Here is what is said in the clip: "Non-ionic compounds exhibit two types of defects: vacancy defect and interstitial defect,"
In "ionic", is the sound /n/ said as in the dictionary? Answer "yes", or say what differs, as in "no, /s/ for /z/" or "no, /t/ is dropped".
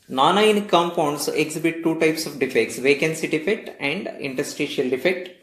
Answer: no, /n/ is dropped